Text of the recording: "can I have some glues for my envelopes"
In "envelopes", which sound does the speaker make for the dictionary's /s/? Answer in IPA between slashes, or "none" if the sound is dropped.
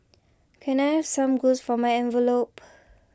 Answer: none